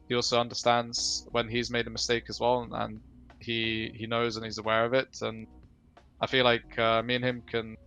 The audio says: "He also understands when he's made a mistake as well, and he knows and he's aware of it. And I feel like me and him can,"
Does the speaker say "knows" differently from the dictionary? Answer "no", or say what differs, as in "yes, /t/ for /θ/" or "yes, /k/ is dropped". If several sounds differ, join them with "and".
no